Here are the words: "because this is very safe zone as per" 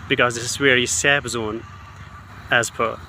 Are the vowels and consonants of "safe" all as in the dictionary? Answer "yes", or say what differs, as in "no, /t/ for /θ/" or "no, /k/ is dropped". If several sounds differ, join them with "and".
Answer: no, /p/ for /f/